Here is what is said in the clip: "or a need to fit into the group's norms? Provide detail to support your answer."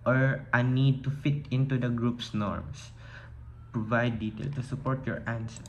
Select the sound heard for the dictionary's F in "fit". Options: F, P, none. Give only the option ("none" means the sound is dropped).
F